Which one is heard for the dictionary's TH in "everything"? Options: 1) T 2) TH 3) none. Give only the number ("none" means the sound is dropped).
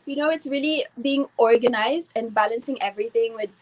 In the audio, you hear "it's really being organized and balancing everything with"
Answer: 1